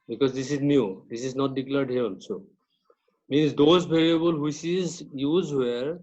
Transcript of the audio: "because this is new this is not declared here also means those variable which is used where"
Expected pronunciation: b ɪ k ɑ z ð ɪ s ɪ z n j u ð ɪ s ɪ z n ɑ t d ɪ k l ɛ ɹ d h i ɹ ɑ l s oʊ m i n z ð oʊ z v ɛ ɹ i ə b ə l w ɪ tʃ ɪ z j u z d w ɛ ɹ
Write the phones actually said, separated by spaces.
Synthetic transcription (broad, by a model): b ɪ k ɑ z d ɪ s ɪ z n j u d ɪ s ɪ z n ɑ t d ɪ k l ɛ ɹ d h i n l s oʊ m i n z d oʊ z b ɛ ɹ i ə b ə l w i s ɪ z j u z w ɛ ɹ